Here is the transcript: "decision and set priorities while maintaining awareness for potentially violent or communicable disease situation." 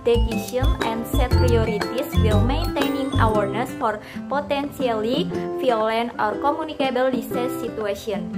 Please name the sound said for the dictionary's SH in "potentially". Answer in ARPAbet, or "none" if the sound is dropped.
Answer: S